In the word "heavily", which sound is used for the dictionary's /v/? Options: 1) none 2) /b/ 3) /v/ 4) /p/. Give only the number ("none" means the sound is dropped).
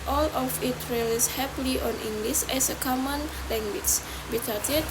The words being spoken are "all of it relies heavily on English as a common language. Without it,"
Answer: 4